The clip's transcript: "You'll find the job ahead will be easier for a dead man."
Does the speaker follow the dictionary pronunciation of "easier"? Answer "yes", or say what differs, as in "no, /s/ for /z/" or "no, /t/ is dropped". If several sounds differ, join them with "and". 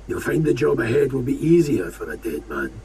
yes